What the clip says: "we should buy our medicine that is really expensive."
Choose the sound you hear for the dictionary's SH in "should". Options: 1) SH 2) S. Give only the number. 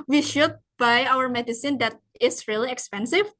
1